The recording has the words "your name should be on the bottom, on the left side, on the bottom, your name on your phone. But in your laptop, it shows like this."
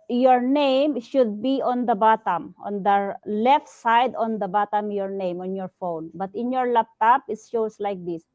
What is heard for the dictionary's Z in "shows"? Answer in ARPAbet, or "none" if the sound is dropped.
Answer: S